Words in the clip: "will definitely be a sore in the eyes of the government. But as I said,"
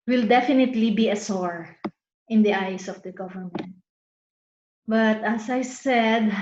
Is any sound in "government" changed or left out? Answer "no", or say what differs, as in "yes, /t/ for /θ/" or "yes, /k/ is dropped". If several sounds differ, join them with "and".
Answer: no